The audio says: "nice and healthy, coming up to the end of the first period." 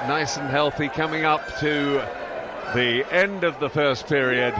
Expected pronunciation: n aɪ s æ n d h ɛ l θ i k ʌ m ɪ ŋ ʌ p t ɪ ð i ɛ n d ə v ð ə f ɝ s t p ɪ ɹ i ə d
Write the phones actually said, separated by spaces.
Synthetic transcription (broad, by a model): n aɪ s n h ɛ l θ i k ʌ m ɪ ŋ ʌ p t ɪ ð i ɛ n d ə v ð ə f ɝ s p ɪ ɹ i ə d